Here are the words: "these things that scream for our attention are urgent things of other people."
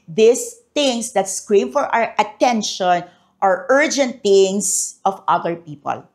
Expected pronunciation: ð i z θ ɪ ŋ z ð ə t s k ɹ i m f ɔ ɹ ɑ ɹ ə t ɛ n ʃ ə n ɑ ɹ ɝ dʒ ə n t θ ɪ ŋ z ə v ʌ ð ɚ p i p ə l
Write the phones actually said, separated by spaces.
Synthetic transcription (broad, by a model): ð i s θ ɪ ŋ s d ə t s k ɹ i m f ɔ ɹ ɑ ɹ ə t ɛ n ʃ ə n ɑ ɹ ɝ dʒ ə n t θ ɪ ŋ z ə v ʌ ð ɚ p i p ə l